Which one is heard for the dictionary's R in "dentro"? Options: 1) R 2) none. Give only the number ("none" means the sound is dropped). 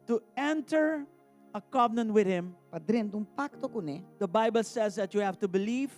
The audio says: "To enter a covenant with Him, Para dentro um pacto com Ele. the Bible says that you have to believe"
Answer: 2